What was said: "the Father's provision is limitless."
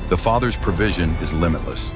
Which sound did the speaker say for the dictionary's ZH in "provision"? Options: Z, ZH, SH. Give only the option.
ZH